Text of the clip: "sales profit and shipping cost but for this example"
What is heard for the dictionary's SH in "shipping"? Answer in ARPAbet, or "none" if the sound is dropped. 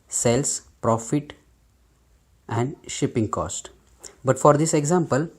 SH